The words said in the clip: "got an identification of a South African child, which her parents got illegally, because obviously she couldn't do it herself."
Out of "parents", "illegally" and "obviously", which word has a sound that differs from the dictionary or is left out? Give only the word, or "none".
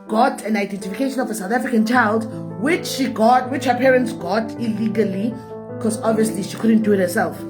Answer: none